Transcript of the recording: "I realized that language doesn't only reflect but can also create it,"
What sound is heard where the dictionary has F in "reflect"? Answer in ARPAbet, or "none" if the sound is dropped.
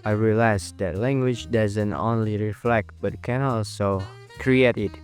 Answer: F